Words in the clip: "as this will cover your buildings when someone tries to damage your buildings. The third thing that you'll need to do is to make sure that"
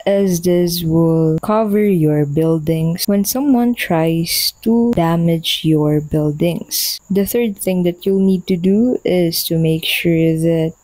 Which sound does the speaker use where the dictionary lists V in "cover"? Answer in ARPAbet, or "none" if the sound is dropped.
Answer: V